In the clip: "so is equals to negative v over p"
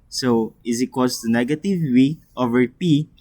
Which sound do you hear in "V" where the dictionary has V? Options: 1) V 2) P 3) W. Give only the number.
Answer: 3